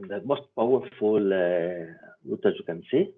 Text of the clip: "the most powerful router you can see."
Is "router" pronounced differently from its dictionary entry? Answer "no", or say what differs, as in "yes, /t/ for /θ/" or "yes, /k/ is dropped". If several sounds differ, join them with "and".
yes, /w/ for /ɹ/